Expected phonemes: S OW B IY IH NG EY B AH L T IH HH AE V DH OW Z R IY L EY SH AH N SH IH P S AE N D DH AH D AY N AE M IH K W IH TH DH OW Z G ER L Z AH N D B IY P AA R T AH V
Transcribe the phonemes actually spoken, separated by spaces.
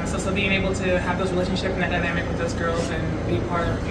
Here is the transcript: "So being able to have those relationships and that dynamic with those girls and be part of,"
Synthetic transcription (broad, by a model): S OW B IY IH NG EY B L T IH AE V DH OW Z R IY L EY SH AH N SH IH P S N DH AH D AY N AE M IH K W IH DH OW Z G ER L Z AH N B IY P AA R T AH